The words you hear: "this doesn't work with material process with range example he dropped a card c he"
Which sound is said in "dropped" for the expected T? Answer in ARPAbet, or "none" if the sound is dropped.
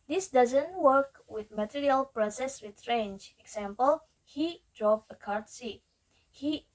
none